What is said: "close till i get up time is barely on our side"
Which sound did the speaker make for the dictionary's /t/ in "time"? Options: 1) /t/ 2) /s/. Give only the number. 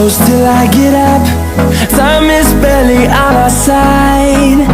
2